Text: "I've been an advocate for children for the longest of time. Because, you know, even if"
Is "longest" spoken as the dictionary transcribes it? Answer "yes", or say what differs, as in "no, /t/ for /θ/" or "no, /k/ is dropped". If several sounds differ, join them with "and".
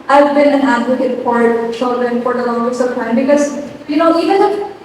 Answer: no, /t/ is dropped